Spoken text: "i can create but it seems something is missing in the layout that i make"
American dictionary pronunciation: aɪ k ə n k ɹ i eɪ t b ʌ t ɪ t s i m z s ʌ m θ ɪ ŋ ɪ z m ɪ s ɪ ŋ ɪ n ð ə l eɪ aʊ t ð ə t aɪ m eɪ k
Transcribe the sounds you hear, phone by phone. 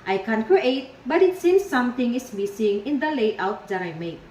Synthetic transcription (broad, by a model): aɪ k ə n k ɹ i eɪ t b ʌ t ɪ t s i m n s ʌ m t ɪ ŋ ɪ s m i s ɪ ŋ ɪ n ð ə l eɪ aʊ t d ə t aɪ m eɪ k